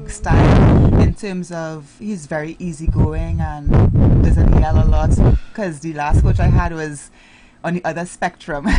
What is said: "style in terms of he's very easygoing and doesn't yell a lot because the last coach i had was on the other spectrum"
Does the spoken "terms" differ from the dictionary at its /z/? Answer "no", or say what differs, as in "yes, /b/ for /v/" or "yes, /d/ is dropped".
no